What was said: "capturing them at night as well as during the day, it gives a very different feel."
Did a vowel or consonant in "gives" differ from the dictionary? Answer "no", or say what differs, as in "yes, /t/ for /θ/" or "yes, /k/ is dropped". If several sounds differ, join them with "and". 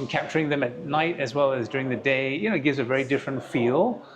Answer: no